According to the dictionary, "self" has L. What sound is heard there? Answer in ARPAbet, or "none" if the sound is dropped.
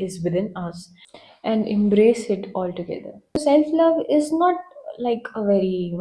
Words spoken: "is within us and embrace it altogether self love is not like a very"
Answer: L